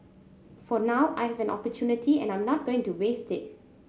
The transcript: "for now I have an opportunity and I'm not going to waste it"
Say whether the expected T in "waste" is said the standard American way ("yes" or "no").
yes